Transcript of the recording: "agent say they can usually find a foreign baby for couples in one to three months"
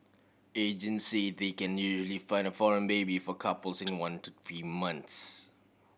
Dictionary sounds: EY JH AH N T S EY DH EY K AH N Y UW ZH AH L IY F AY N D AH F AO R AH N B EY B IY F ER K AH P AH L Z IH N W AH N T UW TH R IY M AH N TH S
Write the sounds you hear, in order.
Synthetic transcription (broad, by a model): EY JH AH N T S EY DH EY K AH N Y UW ZH AH L IY F AY N D AH F AO R AH N B EY B IY F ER K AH P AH L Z IH N W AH N T UW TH R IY M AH N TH S